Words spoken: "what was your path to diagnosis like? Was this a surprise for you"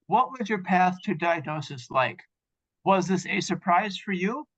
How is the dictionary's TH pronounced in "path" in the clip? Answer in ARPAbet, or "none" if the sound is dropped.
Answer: TH